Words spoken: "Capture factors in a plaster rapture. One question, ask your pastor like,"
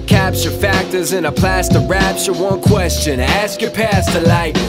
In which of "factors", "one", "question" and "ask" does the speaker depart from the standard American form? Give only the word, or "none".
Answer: none